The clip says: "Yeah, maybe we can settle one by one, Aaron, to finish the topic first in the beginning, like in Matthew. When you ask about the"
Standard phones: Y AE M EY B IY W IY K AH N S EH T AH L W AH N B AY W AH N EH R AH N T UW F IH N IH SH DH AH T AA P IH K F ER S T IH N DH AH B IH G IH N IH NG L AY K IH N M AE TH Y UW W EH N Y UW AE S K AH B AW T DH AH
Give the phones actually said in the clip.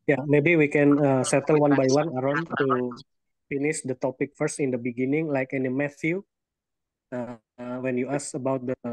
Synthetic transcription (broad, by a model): Y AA M EY B IY W IY K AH N S EH T AH L W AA N B AY W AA N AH R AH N T UW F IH N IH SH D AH T AA P IH K F ER S T IH N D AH B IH G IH N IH NG L AY K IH N M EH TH Y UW W EH N Y UW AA S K AH B AW T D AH